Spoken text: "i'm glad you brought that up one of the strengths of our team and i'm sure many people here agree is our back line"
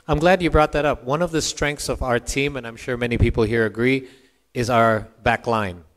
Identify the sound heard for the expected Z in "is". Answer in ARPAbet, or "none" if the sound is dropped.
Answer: Z